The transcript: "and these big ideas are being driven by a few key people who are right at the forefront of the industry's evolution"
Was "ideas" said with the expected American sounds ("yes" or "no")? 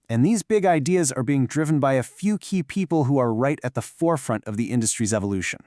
yes